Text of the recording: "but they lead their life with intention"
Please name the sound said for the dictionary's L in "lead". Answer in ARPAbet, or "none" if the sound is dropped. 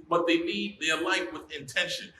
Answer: N